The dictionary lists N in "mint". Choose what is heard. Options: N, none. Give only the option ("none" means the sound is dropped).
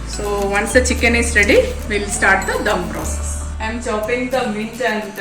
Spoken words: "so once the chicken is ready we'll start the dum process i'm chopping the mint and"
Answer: none